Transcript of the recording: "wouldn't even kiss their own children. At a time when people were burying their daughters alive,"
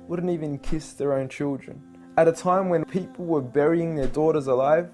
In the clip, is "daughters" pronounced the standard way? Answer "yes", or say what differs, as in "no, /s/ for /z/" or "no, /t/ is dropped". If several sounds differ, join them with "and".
yes